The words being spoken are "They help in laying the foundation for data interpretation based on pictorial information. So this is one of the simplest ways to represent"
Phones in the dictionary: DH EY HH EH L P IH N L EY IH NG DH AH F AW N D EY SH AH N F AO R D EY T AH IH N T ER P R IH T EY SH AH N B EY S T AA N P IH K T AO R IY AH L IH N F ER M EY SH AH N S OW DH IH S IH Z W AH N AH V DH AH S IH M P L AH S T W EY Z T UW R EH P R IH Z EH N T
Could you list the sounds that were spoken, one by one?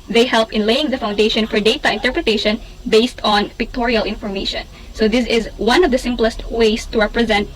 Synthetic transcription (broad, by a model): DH EY HH EH L P IH N L EY IH NG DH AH F AW N D EY SH AH N F AO R D EY T AH IH N T ER P R IH T EY SH AH N B EY S T AA N P IH K T AO R IY AH L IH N F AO M EY SH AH N S OW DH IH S IH Z W AH N AH V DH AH S IH M P L AH S T W EY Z T UW R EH P R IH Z EH N T